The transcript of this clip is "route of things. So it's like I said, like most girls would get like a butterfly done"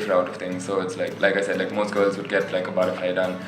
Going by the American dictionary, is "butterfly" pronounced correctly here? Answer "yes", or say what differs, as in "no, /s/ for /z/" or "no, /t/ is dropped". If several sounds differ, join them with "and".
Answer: no, /l/ is dropped